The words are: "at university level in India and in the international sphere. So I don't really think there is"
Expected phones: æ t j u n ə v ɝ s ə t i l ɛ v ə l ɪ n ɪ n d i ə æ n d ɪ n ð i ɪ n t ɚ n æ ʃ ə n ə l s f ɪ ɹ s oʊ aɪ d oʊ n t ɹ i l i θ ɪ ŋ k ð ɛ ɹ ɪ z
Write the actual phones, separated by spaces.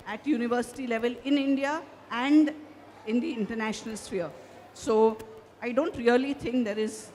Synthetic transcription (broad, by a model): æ t j u n ə v ɝ s ə t i l ɛ v ə l ɪ n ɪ n d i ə æ n d ɪ n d i ɪ n t ɚ n æ ʃ ə n ə l s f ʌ ɹ s oʊ aɪ d oʊ n t ɹ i l i t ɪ ŋ k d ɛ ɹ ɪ z